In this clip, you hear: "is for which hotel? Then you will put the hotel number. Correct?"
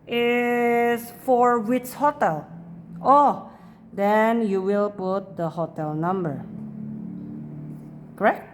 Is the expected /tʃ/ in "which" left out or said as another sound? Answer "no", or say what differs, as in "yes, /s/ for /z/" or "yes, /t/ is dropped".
yes, /s/ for /tʃ/